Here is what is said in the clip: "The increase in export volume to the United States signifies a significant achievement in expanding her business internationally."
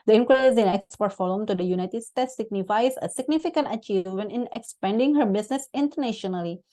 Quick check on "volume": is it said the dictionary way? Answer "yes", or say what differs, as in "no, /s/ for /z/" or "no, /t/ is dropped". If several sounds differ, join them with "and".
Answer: no, /f/ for /v/